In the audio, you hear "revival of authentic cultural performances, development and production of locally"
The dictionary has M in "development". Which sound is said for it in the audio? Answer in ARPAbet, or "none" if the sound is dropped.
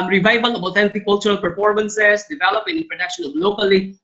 none